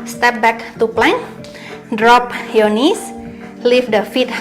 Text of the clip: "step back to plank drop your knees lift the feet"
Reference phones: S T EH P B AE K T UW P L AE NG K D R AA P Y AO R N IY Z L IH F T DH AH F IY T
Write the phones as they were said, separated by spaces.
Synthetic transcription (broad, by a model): S T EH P B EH K T UW P L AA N D R AA P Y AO N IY S L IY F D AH F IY T